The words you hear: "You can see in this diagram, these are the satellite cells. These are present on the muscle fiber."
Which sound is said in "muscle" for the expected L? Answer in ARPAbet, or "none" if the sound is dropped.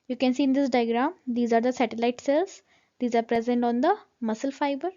L